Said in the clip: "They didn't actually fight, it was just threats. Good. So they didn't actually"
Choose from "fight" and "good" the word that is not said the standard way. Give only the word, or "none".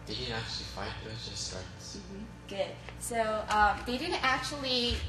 fight